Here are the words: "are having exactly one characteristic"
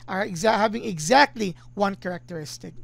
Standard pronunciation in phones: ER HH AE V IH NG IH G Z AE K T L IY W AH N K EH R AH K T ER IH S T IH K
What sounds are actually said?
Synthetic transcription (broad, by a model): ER HH AE V IH NG IH G Z AE K T L IY W AH N K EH R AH K T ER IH S T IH K